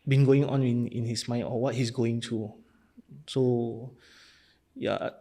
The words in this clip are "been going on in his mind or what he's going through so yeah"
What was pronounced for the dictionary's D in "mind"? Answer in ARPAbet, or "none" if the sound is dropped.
none